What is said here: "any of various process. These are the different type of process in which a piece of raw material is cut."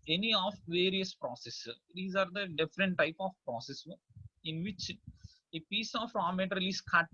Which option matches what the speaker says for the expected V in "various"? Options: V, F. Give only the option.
V